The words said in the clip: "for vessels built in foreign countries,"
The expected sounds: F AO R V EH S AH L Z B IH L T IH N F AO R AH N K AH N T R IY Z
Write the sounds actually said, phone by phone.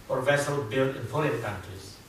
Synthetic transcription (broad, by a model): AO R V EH S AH L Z B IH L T IH N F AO L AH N K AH N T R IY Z